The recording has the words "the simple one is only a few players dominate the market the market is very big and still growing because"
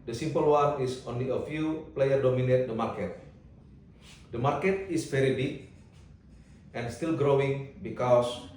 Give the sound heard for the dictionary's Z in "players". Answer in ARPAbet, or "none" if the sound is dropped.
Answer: none